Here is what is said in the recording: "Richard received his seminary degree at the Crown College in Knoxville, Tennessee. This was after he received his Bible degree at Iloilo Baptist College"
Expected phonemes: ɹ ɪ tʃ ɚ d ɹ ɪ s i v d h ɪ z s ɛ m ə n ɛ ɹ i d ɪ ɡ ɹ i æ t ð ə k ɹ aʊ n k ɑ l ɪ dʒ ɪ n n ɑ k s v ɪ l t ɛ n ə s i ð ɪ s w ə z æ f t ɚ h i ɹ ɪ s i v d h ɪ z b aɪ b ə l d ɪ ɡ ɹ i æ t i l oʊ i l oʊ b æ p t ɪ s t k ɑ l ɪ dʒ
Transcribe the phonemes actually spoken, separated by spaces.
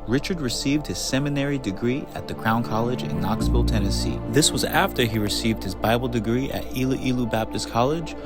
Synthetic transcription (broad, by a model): ɹ ɪ tʃ ɚ d ɹ ɪ s i v d h ɪ z s ɛ m ə n ɛ ɹ i d ɪ ɡ ɹ i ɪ t ð ə k ɹ aʊ n k ɑ l ɪ dʒ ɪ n n ɑ k s f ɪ l t ɛ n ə s i ð ɪ s w ə z æ f t ɚ i ɹ ɪ s i v d h ɪ z b aɪ b l d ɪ ɡ ɹ i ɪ t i l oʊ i l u b æ p t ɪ s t k ɑ l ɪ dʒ